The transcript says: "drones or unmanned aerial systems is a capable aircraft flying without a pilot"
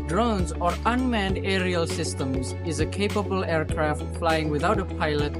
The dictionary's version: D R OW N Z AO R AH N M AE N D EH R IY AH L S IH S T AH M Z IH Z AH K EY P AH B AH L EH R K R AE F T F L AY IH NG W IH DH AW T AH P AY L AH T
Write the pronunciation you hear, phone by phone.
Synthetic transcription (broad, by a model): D R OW N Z AO R AH N M AE N D EH R IY AH L S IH S T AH M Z IH Z AH K EY P AH B AH L EH R K R AE F T F L AY IH NG W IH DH AW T AH P AY L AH T